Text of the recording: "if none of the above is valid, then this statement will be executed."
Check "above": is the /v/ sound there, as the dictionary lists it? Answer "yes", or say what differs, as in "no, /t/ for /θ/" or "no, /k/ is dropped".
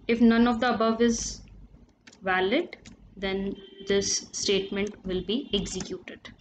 yes